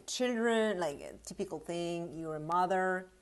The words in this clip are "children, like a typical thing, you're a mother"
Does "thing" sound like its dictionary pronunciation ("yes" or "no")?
yes